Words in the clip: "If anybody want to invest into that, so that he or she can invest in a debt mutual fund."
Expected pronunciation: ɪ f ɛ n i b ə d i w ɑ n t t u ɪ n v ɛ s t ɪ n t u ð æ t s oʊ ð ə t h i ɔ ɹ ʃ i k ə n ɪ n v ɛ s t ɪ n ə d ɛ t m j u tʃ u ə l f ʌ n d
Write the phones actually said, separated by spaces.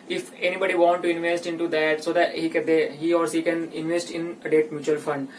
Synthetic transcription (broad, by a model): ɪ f ɛ n i b ə d i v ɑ n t t u ɪ n v ɛ s t ɪ n t u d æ t s oʊ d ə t h i ɔ ɹ s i k ə n ɪ n v ɛ s t ɪ n ə d ɛ t m j u tʃ u ə l f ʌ n d